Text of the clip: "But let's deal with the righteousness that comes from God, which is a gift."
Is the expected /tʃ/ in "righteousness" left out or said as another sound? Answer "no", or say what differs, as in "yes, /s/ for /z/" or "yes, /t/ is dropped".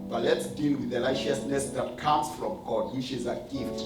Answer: yes, /ʃ/ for /tʃ/